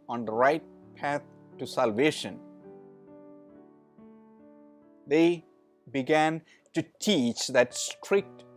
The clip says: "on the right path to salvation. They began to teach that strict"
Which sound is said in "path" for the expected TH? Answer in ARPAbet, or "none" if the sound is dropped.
T